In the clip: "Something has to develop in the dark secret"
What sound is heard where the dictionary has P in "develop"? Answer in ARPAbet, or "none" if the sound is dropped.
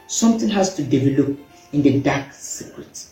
P